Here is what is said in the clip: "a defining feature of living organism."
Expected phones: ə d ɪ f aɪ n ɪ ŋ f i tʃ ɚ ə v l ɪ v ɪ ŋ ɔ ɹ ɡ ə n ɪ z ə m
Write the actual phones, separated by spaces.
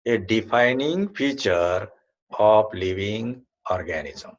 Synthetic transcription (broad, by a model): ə d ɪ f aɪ n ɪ ŋ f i tʃ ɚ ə p l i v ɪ ŋ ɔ ɹ ɡ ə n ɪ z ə m